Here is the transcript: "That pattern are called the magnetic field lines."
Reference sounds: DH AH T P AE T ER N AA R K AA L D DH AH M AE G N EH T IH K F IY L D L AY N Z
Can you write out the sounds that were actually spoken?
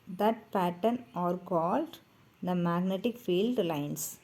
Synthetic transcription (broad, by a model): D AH T P AE T ER N AA R K AA L D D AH M AE G N EH T IH K F IY L D L AY N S